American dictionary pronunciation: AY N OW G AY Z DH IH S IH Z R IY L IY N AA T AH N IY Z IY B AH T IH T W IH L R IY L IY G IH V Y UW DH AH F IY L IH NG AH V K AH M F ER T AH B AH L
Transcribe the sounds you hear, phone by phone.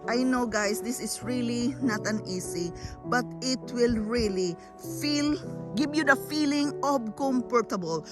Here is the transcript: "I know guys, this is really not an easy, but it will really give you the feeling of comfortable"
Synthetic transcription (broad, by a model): AY N OW G AY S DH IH S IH S R IY L IY N AA T AH N IY S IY B AH T IH T W IH L R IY L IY G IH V Y UW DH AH F IY L IH NG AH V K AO M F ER T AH B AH L